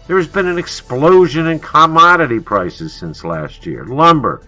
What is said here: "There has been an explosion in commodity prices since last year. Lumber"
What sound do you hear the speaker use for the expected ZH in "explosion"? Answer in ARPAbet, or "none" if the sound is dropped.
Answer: ZH